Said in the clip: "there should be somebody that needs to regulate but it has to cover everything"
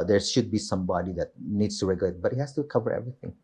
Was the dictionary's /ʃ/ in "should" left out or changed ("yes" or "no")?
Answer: no